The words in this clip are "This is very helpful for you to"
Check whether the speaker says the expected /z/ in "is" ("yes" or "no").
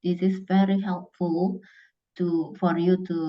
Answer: no